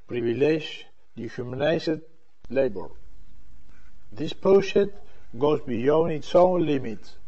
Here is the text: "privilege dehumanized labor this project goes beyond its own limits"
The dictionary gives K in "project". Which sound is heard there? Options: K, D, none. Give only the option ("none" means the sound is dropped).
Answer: none